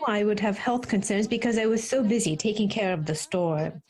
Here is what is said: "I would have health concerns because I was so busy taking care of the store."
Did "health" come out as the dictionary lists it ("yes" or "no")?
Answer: yes